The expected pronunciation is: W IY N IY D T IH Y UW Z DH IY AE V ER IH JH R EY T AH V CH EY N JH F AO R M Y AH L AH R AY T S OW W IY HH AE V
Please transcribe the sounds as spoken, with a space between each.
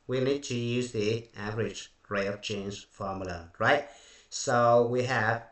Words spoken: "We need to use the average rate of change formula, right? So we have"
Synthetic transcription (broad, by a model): W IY N IY D T IH Y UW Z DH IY AE V ER IH JH R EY AH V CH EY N Z F AO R M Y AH L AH R AY T S OW W IY HH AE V